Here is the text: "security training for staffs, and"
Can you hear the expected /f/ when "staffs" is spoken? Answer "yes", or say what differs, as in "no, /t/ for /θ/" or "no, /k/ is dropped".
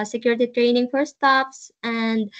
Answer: no, /p/ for /f/